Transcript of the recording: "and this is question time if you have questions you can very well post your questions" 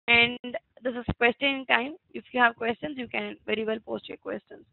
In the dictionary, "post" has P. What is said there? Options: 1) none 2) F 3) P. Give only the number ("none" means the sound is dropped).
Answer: 3